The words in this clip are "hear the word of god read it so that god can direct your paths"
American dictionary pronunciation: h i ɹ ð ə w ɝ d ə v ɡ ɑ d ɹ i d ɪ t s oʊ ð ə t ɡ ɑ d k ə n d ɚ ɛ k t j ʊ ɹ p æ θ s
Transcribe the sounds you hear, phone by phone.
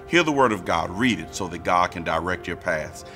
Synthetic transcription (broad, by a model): h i ɹ ð ə w ɝ d ə v ɡ ɑ d ɹ i d ɪ t s oʊ ð ə t ɡ ɑ d k ə n d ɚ ɛ k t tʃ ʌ ɹ p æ θ